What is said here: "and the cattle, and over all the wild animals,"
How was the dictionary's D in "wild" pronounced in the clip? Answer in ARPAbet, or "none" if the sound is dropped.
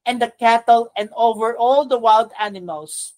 D